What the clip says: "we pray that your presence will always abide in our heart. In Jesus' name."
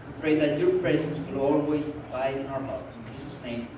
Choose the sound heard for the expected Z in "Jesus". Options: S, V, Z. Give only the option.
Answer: S